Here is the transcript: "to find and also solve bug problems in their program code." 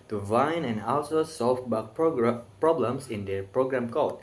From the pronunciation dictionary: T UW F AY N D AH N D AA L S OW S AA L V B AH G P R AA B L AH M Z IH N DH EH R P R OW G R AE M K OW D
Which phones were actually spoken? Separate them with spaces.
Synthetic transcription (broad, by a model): T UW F AY N AH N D AA L S OW S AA L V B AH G P R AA B L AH M S IH N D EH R P R OW G R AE M K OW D